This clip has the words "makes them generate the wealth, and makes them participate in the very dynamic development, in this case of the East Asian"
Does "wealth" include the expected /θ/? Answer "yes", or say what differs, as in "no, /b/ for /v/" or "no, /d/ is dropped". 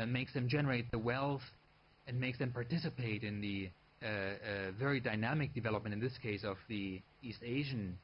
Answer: yes